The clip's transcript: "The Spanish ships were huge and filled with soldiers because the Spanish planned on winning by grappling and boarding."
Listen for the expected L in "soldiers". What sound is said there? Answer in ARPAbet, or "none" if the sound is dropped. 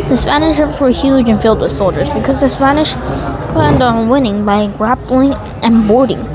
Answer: L